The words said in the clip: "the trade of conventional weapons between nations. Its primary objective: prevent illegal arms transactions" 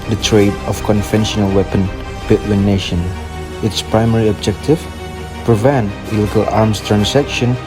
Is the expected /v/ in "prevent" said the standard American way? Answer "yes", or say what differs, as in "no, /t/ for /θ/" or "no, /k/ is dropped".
yes